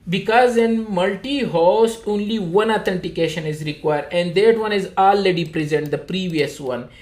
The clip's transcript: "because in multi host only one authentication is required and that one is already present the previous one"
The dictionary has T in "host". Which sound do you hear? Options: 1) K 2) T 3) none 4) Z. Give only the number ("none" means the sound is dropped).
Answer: 3